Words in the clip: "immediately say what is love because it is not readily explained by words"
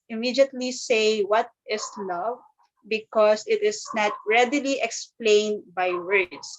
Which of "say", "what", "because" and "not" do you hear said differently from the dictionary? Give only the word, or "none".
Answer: because